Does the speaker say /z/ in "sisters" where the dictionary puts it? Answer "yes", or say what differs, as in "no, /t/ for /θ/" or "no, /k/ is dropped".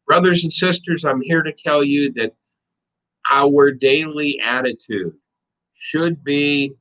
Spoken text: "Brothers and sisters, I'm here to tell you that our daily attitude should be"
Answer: yes